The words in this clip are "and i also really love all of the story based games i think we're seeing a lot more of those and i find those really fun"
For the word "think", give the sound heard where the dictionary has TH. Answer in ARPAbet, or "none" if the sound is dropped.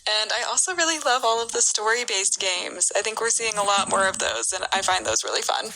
TH